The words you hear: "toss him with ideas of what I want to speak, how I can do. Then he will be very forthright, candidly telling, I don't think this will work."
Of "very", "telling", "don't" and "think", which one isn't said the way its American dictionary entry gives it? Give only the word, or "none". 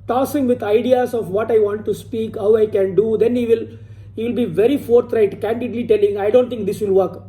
think